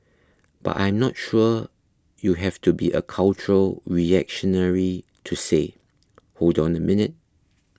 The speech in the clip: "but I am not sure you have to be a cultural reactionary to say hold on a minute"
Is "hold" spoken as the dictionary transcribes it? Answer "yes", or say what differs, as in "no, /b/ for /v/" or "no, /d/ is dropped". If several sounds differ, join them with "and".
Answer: yes